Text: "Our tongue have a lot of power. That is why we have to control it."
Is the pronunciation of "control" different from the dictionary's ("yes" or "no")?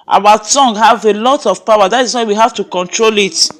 no